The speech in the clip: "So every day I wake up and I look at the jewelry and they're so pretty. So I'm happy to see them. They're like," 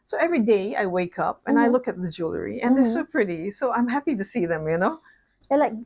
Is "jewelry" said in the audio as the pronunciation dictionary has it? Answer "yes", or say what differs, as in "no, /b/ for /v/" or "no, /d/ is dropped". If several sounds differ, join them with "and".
yes